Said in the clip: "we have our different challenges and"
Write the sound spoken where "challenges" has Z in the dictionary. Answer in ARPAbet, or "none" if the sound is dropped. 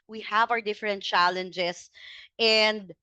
S